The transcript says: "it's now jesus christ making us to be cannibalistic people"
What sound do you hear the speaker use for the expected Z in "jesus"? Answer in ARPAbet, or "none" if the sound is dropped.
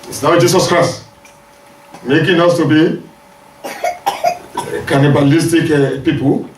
S